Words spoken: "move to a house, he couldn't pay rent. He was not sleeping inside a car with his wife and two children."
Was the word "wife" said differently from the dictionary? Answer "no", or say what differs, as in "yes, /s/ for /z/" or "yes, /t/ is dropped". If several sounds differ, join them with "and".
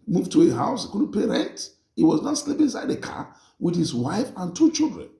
no